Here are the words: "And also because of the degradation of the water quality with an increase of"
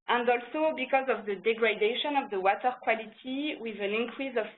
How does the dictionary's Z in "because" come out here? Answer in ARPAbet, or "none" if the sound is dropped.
Z